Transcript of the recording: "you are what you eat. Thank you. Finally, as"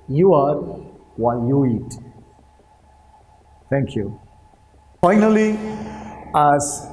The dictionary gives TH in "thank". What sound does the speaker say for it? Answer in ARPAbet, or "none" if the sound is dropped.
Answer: T